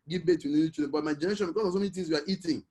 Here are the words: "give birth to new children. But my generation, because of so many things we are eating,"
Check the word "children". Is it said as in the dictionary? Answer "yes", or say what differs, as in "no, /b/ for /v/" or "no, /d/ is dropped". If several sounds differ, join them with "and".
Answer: no, /l/ is dropped